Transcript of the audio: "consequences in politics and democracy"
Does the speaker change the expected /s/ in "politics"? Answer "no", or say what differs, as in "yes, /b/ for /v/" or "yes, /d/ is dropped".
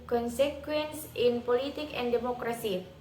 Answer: yes, /s/ is dropped